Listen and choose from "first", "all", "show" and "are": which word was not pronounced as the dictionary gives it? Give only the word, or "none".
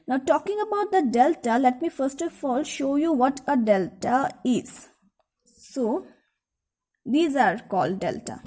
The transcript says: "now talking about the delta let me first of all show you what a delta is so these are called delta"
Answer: none